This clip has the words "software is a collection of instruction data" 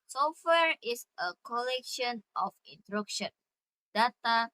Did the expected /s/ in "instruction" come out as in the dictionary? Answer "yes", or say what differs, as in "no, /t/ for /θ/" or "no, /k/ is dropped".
no, /s/ is dropped